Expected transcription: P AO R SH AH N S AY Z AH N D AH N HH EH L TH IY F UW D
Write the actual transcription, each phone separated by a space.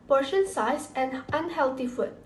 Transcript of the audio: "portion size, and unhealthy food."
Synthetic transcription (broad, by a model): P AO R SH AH N S AY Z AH N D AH N HH EH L T IY F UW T